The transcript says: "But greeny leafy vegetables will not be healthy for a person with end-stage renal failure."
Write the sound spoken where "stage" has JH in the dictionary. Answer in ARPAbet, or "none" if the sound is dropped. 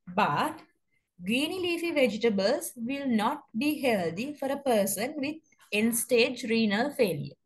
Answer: JH